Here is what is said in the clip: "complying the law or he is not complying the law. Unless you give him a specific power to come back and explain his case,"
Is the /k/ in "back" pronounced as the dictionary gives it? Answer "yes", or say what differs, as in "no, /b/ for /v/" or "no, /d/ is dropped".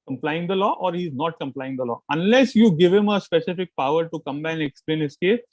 no, /k/ is dropped